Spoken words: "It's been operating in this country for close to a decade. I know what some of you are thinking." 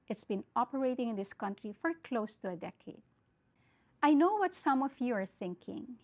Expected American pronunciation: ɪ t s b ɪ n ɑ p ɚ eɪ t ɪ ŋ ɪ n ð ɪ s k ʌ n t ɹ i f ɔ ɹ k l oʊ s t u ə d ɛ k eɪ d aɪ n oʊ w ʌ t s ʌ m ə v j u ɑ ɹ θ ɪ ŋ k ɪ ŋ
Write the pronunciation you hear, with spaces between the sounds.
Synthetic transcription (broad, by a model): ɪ t s b ɪ n ɑ p ɚ eɪ t ɪ ŋ ɪ n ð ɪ s k ʌ n t ɹ i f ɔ ɹ k l oʊ s t u ə d ɛ k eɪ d aɪ n oʊ w ʌ t s ʌ m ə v j u ɑ ɹ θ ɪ ŋ k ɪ ŋ